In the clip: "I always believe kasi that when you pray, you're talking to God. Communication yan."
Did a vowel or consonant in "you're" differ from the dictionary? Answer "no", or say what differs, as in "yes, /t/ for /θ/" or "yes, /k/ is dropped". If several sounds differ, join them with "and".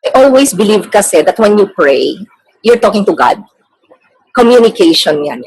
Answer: no